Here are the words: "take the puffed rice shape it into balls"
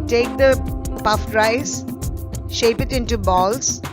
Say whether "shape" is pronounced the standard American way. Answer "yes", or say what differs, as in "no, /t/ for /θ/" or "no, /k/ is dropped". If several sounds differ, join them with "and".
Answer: yes